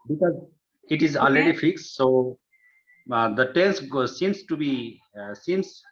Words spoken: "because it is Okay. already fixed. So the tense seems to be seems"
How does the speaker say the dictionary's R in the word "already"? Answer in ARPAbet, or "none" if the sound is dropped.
L